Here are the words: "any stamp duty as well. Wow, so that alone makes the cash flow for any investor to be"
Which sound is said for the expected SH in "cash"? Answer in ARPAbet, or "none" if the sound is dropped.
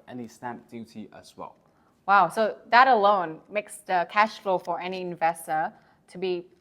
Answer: SH